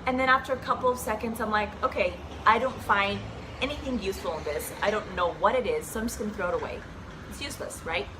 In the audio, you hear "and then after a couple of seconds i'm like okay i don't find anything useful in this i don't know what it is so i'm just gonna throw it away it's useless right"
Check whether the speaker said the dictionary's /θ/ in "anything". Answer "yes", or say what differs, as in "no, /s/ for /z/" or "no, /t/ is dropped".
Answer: yes